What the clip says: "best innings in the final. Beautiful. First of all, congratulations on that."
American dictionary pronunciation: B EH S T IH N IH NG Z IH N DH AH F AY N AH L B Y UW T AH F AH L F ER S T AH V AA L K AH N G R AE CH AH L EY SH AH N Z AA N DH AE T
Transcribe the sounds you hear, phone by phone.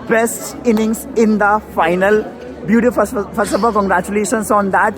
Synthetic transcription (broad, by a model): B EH S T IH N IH NG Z IH N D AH F AY N AH L B Y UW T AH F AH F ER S AH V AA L K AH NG G R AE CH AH L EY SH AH N S AA N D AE T